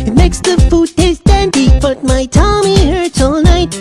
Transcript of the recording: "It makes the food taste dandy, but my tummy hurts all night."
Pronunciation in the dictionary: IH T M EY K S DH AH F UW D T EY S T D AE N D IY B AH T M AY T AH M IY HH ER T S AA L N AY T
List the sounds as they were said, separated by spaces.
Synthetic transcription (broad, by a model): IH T M EY K S DH AH F UW D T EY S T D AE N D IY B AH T M AY T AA M IY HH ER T IH L N AY T